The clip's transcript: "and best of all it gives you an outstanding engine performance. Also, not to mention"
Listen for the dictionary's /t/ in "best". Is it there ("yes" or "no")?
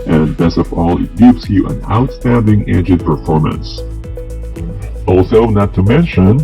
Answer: no